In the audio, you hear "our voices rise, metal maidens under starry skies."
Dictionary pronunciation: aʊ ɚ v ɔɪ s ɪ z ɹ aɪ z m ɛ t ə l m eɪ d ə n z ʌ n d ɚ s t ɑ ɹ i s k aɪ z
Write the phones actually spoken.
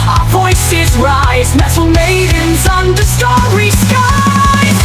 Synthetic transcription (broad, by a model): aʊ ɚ v ɔɪ s ɪ z ɹ aɪ z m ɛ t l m eɪ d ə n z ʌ n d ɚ s t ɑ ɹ i s k aɪ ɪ